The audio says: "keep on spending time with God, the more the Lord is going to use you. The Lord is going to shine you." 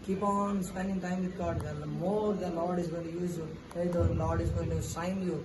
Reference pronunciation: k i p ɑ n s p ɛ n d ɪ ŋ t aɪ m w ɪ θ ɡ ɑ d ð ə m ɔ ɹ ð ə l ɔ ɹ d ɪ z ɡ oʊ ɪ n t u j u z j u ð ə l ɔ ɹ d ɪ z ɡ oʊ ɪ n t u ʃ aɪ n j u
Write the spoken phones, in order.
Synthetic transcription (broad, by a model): k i p ɑ n s p ɛ n d ɪ ŋ t aɪ m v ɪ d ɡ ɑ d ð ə m ɔ ɹ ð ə l ɔ ɹ d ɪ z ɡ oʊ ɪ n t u j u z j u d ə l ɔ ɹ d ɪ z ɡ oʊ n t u s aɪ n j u